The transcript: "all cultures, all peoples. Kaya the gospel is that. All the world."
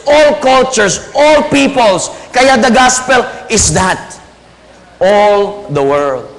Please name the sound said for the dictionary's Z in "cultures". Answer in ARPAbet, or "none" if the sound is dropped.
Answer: S